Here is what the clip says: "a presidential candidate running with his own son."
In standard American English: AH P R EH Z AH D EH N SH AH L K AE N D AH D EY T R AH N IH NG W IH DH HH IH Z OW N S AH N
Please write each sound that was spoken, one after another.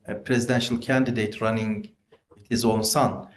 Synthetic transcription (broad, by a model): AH P R EH Z AH D EH N SH AH L K AE N D AH D EY T R AH N IH NG W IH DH HH IH Z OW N S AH N